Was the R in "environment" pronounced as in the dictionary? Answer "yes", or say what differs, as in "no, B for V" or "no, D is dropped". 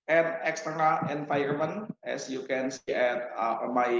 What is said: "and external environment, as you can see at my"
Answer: no, R is dropped